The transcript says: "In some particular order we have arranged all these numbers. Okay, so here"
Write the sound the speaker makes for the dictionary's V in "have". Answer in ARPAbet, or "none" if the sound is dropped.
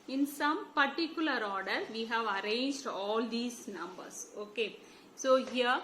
V